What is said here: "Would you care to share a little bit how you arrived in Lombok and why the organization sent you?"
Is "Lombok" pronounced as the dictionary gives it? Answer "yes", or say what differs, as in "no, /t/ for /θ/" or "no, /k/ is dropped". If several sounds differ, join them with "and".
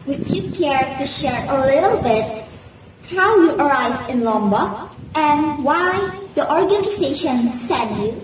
no, /k/ is dropped